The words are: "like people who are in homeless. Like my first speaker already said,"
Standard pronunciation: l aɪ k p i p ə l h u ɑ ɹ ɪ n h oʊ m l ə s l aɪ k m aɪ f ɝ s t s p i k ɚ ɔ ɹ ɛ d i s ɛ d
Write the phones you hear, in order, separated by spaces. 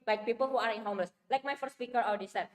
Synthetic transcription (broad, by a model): l aɪ k p i p ə l h u ɑ ɹ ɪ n h oʊ m l ə s l aɪ k m aɪ f ɝ s t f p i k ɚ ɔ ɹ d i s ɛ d